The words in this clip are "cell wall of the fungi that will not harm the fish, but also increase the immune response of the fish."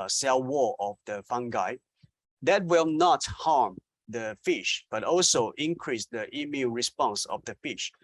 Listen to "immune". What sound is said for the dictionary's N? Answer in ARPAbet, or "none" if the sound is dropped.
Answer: L